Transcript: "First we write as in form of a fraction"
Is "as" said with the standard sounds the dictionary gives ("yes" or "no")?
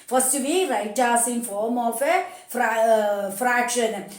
no